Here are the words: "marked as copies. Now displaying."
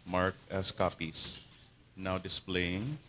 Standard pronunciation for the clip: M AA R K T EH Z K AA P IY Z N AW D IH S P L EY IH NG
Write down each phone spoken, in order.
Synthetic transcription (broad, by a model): M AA R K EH S K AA P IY S N AW D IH S P L EY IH NG